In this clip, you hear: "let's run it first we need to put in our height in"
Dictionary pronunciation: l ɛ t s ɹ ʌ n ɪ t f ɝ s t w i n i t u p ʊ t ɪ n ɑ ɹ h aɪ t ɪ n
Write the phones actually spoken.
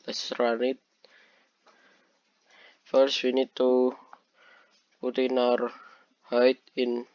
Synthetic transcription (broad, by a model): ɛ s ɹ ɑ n ɪ t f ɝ s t w i n i t u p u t ɪ n ɑ ɹ h aɪ t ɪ n